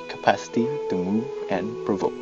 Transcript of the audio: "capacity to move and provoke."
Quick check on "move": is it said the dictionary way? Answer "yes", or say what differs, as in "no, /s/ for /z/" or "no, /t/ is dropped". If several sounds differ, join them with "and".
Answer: no, /v/ is dropped